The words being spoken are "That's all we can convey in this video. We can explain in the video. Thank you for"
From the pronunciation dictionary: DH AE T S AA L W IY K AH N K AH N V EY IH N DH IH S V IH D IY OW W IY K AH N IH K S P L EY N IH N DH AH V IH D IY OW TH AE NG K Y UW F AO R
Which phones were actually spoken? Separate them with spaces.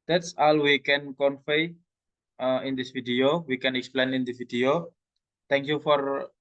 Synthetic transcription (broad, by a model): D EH T S AA L W IY K AH N K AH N F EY IH N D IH S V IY D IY OW W IY K AH N IH K S P L EY N IH N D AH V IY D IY OW T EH NG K Y UW F AO R